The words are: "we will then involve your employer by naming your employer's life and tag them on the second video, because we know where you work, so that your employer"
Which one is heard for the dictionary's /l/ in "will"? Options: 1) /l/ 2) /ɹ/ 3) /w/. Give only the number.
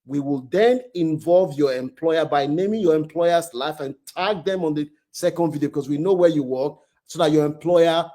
1